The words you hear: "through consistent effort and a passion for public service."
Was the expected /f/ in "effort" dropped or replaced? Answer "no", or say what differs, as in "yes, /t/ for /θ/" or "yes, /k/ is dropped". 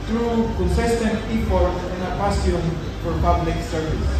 yes, /p/ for /f/